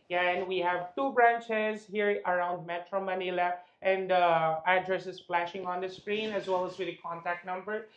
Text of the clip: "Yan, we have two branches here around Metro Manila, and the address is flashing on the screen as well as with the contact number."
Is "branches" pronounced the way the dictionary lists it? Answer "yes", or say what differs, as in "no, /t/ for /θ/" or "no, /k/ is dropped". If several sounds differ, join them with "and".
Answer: yes